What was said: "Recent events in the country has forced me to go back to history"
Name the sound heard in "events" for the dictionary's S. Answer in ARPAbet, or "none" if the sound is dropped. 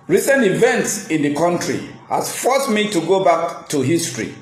S